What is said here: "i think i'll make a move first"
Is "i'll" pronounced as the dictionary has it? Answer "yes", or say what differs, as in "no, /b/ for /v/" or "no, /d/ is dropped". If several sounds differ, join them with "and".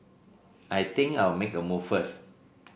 no, /w/ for /l/